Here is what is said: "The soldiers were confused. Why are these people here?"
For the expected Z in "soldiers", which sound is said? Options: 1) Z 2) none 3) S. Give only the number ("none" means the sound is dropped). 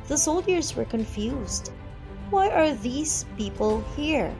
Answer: 1